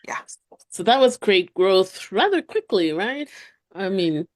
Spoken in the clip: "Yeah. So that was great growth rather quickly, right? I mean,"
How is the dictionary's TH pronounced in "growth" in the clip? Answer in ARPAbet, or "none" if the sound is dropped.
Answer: TH